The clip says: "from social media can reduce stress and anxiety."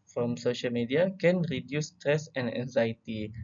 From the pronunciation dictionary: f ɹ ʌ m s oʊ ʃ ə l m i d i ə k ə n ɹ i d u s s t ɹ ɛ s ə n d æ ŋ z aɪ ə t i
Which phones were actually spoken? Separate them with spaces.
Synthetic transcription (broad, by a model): f ɹ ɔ m s oʊ ʃ ə l m i d i ə k ə n ɹ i d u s s t ɹ ɛ s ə n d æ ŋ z aɪ t i